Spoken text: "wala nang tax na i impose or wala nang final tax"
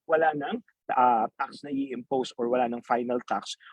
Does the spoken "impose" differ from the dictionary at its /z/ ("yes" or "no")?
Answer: yes